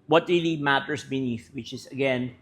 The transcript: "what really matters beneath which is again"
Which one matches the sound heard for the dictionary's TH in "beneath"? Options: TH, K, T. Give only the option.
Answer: TH